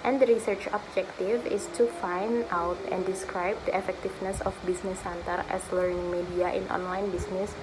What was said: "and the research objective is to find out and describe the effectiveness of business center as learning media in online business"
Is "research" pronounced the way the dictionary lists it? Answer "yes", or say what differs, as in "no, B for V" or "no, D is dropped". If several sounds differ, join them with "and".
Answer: yes